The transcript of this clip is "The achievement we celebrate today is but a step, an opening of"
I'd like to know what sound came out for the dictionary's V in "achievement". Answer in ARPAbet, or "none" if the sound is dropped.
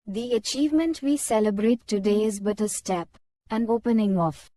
V